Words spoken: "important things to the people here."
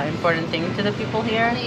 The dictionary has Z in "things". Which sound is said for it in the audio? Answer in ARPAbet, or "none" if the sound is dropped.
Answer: none